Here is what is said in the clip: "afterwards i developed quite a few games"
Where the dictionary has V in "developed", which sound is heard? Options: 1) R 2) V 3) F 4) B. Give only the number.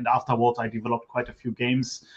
2